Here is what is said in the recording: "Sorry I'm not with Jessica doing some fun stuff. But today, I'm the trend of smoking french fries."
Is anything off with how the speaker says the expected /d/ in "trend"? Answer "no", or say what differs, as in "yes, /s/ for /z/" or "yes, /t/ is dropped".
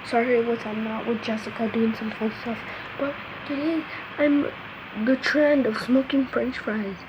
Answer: no